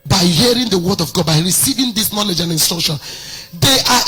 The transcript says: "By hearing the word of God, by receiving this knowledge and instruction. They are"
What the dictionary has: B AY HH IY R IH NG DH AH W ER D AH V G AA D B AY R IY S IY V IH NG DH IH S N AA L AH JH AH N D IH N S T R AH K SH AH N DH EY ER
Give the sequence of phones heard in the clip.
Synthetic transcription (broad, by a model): B AY HH IY R IH NG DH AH W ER D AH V G AA D B AY R IY S IY V IH NG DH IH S N AA L AH JH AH N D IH N S T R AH K SH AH N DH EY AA